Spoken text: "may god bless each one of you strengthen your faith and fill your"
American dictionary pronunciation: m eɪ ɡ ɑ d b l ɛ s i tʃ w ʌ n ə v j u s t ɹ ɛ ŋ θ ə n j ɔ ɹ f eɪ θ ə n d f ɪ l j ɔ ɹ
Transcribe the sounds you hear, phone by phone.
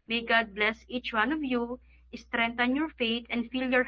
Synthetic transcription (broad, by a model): m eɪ ɡ ɑ d b l ɛ s i tʃ w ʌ n ə v j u s t ɹ ɛ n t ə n j ɔ ɹ f eɪ t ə n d f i l j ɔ ɹ